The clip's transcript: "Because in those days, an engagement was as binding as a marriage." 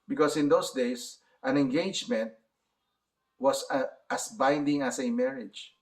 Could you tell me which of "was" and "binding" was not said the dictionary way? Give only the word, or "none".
was